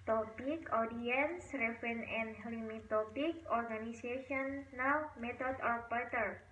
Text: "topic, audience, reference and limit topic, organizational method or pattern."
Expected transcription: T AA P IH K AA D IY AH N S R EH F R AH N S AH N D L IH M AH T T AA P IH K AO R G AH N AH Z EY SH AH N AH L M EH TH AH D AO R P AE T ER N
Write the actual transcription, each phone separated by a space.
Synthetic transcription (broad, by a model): T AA P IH K AA D IY AH N S R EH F R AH N AH N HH L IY M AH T T AA P IH K AO R G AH N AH S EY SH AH N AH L M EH T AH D AO R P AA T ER